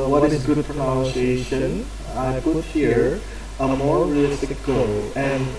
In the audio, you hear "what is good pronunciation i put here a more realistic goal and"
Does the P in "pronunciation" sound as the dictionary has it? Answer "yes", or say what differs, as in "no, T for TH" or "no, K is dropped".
no, F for P